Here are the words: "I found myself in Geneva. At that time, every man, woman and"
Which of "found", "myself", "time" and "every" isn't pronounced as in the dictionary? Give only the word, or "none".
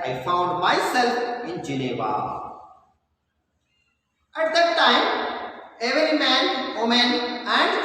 myself